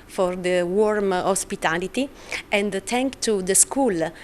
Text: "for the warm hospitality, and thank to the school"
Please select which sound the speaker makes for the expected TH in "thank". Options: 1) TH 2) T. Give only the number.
2